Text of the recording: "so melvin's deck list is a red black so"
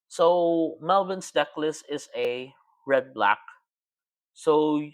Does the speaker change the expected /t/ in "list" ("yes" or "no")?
yes